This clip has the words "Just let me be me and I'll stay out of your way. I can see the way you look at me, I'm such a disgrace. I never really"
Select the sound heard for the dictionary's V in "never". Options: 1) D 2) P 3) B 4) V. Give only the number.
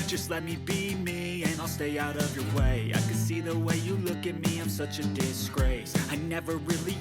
4